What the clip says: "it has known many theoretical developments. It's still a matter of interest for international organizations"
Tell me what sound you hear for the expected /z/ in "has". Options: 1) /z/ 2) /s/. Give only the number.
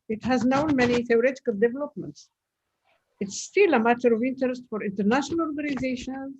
1